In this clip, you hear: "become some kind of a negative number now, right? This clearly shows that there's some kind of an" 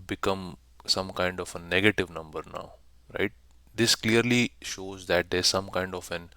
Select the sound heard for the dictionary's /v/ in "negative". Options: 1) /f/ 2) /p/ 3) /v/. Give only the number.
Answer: 3